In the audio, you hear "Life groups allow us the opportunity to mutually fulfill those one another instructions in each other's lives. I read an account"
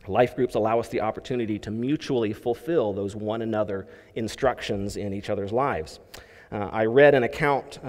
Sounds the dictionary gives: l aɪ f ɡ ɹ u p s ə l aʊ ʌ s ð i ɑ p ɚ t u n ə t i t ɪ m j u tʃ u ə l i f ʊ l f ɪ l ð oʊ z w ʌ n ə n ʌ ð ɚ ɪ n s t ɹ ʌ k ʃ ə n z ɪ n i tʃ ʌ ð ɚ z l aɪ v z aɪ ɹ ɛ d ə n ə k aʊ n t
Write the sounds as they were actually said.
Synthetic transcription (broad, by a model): l aɪ f ɡ ɹ u p s ə l aʊ ʌ s ð i ɑ p ɚ t u n ə t i t ɪ m j u tʃ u l i f ʊ l f ɪ l ð oʊ z w ʌ n ə n ʌ ð ɚ ɪ n s t ɹ ʌ k ʃ ə n z ɪ n i tʃ ʌ ð ɚ z l aɪ v z aɪ ɹ ɛ d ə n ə k aʊ n t